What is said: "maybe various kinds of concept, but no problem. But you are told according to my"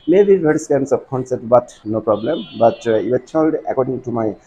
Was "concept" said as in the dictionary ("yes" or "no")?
no